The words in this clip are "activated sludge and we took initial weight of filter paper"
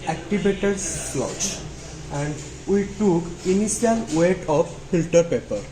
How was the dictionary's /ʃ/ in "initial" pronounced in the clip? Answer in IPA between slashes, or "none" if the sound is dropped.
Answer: /s/